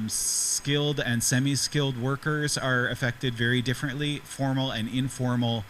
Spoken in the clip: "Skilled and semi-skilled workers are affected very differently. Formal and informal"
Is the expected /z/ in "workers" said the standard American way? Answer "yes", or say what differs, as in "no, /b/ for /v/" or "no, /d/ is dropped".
yes